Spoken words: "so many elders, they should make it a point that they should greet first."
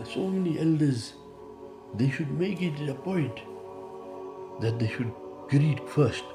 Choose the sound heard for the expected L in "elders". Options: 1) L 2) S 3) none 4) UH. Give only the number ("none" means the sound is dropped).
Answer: 1